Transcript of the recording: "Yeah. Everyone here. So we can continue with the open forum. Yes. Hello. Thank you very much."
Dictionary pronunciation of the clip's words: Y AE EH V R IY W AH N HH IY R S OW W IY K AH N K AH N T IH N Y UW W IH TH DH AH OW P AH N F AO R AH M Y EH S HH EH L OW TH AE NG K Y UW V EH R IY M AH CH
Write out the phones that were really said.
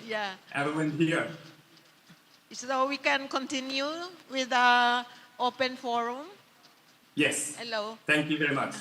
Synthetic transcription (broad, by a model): Y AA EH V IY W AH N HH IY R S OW W IY K AH N K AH N T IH N Y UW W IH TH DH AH OW P AH N F AO R AH M Y EH S HH EH L OW T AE NG K Y UW V EH R IY M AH CH